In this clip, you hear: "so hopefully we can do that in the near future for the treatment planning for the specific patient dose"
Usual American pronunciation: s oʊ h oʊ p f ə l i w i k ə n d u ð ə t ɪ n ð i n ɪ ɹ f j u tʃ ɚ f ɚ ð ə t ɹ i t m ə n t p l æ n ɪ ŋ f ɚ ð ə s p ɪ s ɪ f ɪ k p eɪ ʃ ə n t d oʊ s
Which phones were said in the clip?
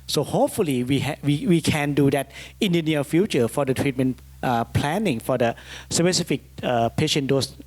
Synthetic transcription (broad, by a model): s oʊ h oʊ p f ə l i w i k ə n d u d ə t ɪ n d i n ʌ l f j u tʃ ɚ f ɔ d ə t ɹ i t m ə n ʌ p l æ n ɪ ŋ f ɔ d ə s p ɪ s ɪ f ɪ k p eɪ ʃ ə n d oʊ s